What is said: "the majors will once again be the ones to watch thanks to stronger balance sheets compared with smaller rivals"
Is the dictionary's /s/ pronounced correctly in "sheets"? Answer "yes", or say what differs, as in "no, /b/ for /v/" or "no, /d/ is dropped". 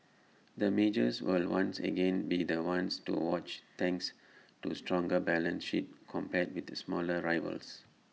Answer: no, /s/ is dropped